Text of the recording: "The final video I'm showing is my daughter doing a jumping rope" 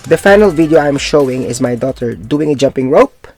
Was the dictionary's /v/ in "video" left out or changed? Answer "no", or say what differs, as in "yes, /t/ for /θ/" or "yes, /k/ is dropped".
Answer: no